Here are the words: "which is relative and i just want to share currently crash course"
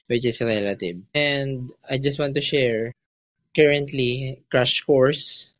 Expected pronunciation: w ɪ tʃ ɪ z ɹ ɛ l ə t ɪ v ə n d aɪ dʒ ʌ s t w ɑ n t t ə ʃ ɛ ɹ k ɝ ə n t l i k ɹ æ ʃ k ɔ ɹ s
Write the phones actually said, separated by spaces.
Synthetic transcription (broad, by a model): w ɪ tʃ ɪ s ɹ ɛ l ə t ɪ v ə n d aɪ dʒ ʌ s t w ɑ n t t ə ʃ ɛ ɹ k ɝ ə n t l i k ɹ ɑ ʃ k ɔ ɹ s